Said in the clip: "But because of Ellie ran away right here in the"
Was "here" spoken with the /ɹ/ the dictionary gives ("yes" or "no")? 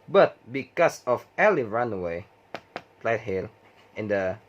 no